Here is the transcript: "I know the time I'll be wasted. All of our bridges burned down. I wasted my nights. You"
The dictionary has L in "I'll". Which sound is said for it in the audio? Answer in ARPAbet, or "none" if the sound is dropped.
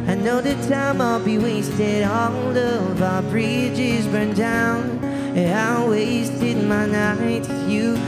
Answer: L